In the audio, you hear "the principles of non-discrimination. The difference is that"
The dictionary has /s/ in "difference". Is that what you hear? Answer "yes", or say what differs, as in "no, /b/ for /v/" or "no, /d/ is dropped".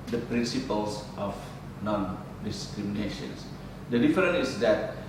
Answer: no, /s/ is dropped